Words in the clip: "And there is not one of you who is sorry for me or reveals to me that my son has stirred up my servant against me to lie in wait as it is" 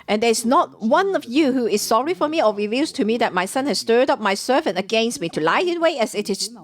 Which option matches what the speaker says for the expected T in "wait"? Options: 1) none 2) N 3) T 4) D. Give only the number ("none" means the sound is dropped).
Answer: 1